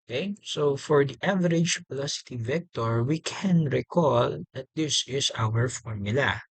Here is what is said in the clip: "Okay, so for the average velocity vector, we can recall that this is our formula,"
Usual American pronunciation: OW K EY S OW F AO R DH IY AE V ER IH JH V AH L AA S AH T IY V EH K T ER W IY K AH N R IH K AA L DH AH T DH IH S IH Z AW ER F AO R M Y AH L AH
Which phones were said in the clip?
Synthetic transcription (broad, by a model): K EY S OW F AO R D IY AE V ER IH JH P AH L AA S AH T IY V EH K T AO W IY K AH N R IH K AA L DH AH T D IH S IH S AW ER F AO R M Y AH L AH